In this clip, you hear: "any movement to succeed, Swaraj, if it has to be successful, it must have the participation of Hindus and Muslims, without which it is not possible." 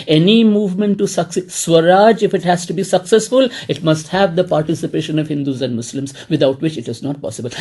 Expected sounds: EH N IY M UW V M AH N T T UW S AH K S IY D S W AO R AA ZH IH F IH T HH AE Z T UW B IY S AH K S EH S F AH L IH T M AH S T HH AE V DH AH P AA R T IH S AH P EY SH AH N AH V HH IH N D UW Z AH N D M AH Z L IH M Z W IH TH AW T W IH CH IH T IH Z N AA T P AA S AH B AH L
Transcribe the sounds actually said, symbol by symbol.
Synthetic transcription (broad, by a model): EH N IY M UW V M AH N T T UW S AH K S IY S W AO R AA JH IH F IH T HH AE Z T UW B IY S AH K S EH S F AH L IH T M AH S T HH AE V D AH P AA R T IH S AH P EY SH AH N AH V HH IH N D UW Z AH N D M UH S L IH M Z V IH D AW T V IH CH IH T IH Z N AA T P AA S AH B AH L